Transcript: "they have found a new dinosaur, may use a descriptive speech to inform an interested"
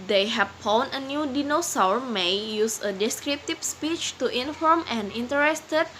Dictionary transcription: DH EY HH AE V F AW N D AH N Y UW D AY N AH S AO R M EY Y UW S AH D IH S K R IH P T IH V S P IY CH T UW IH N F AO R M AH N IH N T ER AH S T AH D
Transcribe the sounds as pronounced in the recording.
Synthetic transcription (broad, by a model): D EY HH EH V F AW N AH N Y UW D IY N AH S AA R M EY Y UW S AH D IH S K R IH P T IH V S P IY CH T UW IH N F AO R M AH N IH N T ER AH S T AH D